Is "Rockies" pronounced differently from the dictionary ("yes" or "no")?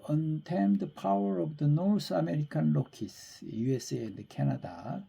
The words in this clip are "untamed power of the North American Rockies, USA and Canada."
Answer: yes